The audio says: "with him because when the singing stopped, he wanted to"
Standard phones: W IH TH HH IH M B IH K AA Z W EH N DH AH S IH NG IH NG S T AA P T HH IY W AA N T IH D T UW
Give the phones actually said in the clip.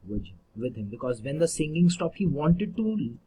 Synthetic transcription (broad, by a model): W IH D HH IH M B IH K AA Z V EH N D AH S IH NG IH NG S T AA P HH IY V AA N T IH D T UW